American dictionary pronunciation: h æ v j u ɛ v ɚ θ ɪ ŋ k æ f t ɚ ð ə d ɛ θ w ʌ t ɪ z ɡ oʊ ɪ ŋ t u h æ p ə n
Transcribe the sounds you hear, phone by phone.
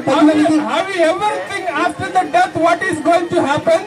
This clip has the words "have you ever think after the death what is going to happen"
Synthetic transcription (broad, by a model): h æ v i ɛ v ɚ t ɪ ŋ æ f t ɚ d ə d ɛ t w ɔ t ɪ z ɡ oʊ ɪ ŋ t u h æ p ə n